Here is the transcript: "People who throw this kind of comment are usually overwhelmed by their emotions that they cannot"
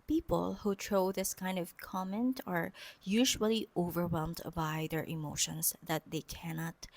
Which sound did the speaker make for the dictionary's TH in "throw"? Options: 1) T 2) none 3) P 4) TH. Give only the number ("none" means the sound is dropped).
1